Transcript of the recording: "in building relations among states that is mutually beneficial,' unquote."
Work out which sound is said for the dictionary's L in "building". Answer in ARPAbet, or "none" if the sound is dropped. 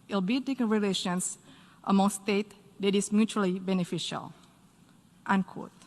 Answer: none